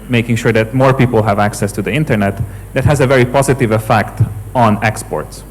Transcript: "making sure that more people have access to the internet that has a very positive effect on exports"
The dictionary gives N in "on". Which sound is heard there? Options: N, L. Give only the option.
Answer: N